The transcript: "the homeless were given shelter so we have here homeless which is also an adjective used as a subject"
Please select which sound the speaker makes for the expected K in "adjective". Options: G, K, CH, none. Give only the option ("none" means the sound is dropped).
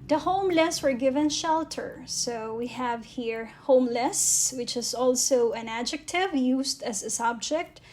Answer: K